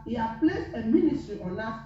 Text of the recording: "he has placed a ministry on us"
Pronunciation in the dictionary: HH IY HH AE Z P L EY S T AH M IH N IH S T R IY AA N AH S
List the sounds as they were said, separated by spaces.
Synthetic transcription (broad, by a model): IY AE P L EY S AH M IH N IH S T R IY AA L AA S